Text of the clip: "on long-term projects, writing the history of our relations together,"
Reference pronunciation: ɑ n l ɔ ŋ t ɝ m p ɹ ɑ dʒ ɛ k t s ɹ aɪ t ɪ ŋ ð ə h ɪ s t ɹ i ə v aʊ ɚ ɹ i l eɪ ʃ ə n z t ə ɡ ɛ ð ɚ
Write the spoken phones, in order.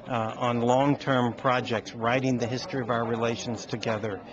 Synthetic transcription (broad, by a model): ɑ n l ɔ ŋ t ɝ m p ɹ ɑ dʒ ɛ k t s ɹ aɪ t ɪ ŋ ð ə h ɪ s t ɹ i ə v aʊ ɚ ɹ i l eɪ ʃ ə n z t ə ɡ ɛ ð ɚ